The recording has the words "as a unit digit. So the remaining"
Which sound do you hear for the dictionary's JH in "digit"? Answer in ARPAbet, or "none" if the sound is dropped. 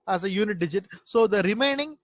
JH